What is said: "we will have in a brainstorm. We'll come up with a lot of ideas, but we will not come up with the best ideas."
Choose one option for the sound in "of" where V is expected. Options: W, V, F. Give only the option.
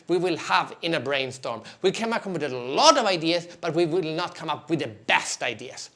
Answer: V